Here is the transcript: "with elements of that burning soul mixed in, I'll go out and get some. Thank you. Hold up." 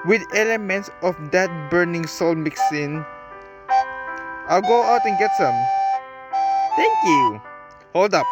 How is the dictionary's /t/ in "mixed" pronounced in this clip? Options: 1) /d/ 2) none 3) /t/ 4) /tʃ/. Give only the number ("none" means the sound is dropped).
2